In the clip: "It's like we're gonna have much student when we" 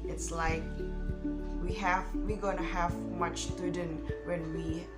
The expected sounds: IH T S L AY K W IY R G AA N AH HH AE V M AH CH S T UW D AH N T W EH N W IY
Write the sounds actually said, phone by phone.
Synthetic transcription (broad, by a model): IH T S L AY K W IY W G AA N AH HH AE V M AH CH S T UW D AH N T W EH N W IY